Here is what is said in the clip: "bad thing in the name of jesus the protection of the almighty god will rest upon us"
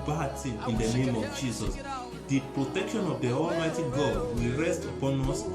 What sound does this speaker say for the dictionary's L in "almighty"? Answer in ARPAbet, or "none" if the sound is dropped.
L